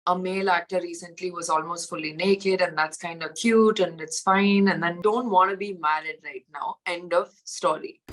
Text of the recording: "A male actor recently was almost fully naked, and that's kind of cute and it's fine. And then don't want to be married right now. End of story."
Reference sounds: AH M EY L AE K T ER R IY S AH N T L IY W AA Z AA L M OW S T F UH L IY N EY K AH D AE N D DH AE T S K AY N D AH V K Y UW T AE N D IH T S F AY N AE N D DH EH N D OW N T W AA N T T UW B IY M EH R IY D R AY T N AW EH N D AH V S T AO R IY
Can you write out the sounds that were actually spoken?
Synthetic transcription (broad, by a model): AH M EY L AE K T ER R IY S AH N T L IY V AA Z AA L M OW S T F UH L IY N EY K AH D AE N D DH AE T S K AY N D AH K Y UW T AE N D IH T S F AY N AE N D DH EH N D OW N T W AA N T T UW B IY M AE R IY D R AY T N AW EH N D AH V S T AO R IY